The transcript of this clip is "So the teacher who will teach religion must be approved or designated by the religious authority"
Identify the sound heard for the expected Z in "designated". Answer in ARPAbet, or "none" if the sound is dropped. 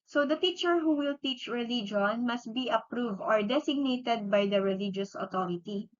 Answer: S